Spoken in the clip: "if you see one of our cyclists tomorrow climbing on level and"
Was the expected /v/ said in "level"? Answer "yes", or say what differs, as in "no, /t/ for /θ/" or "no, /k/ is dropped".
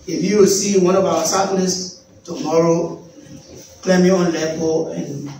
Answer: no, /p/ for /v/